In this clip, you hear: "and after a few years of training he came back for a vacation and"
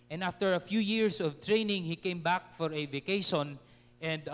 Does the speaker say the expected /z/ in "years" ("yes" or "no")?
no